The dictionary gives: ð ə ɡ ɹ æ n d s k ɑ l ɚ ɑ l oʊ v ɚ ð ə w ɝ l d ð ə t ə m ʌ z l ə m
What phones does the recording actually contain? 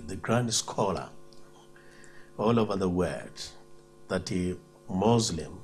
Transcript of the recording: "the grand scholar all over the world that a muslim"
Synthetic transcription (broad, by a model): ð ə ɡ ɹ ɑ n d s k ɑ l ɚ ɑ l oʊ v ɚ ð ə w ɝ d ð ə t ə m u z l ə m